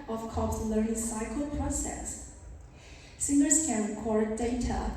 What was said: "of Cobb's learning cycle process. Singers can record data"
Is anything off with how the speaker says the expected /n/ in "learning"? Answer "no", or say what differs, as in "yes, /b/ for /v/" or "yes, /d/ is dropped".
yes, /n/ is dropped